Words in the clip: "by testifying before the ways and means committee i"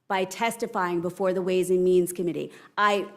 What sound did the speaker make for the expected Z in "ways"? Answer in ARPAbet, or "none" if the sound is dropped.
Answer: Z